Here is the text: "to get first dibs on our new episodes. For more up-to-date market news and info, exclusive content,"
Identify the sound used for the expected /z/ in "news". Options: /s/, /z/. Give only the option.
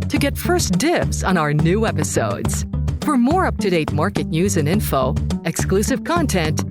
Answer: /z/